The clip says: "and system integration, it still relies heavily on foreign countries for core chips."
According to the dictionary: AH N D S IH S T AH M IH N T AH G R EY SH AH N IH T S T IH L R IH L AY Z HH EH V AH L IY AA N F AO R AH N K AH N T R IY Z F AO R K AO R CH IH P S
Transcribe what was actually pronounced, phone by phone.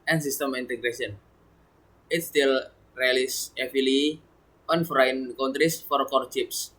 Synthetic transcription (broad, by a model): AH N S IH S T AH M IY N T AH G R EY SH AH N IH T S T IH L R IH L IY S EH F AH L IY AA N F R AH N K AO N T R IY S F AO R K AO R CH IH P S